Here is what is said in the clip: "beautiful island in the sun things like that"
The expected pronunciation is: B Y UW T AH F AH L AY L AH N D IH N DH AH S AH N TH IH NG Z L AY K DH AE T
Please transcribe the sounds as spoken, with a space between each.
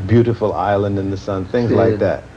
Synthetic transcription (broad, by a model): B Y UW T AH F L AY L AH N D IH N DH AH S AH N TH IH NG Z L AY K DH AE T